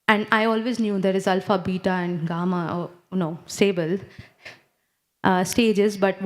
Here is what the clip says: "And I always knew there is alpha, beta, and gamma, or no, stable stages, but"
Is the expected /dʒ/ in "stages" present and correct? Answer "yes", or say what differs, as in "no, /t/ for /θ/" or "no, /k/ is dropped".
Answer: yes